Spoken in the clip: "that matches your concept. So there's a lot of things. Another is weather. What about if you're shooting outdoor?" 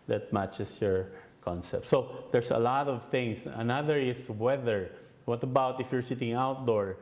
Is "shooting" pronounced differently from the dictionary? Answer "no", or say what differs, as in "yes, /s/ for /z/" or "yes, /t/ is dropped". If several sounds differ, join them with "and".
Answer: yes, /s/ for /ʃ/